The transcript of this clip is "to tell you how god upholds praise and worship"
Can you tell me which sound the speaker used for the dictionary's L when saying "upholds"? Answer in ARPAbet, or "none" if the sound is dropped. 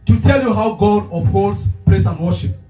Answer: none